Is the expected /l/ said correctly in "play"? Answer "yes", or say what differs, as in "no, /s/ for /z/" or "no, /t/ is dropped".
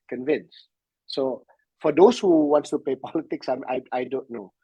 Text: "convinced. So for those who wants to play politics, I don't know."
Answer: no, /l/ is dropped